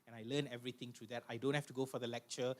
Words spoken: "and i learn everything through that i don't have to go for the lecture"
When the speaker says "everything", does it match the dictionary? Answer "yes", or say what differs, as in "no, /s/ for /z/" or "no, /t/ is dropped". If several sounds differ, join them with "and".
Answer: no, /t/ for /θ/